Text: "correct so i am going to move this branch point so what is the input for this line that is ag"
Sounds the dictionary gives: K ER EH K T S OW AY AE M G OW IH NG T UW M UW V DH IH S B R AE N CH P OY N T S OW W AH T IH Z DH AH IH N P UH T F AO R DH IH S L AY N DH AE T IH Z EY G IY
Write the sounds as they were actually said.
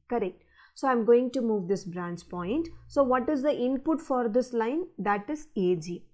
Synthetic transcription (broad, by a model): K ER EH K T S OW AY M G OW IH NG T UW M UW V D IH S B R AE N S P OY N T S OW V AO T IH Z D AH IH N P UH T F AO R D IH S L AY N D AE T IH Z EY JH IY